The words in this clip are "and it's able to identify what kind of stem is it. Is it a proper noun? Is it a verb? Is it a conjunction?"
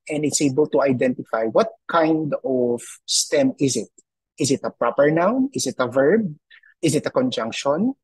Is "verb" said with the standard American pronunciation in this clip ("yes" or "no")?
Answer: yes